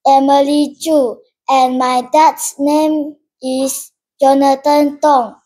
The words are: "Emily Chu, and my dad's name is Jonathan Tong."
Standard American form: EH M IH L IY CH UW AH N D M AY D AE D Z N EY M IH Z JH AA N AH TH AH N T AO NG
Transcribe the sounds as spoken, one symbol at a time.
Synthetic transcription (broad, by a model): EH M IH L IY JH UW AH N M AY D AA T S N EY M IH S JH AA N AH T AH N T AO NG